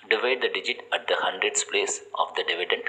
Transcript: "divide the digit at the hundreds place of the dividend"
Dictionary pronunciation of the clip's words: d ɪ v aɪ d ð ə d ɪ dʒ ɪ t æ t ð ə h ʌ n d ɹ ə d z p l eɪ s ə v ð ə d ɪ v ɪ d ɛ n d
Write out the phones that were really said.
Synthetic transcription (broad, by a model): d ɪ v aɪ d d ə d ɪ dʒ ɪ t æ t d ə h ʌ n d ɹ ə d s p l eɪ s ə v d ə d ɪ v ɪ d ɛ n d